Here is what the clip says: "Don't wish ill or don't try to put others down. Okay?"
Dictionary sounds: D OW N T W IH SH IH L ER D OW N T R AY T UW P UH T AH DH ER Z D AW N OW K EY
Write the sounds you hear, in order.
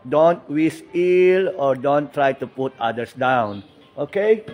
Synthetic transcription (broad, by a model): D OW N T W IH S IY L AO D OW N T R AY T UW P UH T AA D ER S D AW N OW K EY